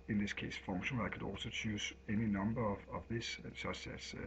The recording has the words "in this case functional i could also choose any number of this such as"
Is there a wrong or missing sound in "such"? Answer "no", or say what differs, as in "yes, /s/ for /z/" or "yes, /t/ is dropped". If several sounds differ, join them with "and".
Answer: yes, /s/ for /tʃ/